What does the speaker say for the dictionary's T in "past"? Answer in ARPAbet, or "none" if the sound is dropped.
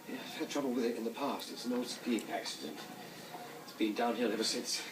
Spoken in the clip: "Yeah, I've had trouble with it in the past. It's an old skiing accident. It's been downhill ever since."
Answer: T